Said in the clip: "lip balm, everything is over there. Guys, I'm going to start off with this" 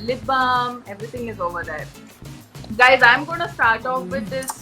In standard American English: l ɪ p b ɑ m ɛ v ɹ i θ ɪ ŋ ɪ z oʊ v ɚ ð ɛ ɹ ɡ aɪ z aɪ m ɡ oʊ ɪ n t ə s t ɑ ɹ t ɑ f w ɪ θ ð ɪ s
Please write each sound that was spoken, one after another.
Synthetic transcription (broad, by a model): l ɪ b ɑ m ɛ v ɹ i t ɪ ŋ ɪ z oʊ v ɚ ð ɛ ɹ ɡ aɪ z aɪ m ɡ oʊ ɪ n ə s t ɑ ɹ t ɑ f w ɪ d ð ɪ s